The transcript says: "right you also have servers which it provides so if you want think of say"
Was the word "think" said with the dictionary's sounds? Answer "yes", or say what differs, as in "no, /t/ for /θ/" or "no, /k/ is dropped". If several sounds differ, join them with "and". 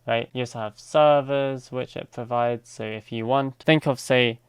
yes